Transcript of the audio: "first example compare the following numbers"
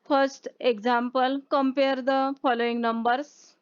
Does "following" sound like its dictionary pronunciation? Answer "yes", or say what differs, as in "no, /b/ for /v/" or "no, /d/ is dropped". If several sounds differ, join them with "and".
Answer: no, /p/ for /f/